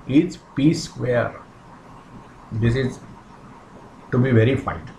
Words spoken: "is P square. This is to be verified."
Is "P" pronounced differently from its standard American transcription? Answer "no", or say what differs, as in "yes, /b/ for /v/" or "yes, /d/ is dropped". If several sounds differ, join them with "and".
no